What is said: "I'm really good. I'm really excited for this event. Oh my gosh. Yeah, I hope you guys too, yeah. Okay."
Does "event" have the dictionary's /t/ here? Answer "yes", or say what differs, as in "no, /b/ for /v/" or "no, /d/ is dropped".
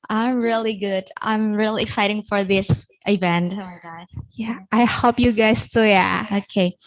yes